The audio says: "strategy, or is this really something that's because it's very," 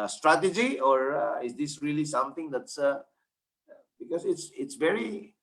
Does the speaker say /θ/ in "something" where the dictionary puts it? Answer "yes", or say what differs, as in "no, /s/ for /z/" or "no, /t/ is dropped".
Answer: no, /t/ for /θ/